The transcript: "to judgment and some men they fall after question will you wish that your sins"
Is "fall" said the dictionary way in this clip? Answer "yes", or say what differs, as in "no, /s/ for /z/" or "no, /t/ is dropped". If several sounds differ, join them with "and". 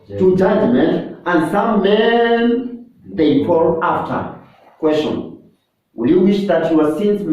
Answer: no, /p/ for /f/